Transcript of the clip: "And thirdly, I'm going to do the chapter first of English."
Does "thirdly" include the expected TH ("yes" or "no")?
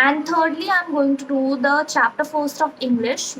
no